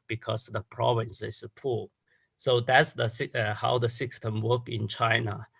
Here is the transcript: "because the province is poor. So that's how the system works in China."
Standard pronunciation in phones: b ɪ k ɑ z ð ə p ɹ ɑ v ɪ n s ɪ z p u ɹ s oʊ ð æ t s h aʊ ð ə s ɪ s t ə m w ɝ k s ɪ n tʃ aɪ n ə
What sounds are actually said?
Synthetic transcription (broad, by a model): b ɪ k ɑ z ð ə p ɹ ɑ v ɪ n s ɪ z p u s oʊ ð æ t s h aʊ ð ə s ɪ s t ə m w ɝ k ɪ n tʃ aɪ n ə